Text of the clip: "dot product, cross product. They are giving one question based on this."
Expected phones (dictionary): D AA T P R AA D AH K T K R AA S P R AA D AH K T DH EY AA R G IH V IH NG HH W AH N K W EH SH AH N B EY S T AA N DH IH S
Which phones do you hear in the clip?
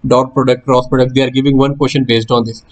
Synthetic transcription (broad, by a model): D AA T P R AA D AH K T K R AA S P R AA D AH K T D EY AA R G IH V IH NG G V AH N K W EH SH AH N B EY S T AA N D IH S